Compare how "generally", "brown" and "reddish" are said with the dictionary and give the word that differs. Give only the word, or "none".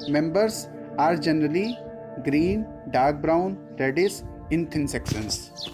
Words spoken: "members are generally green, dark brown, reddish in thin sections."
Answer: reddish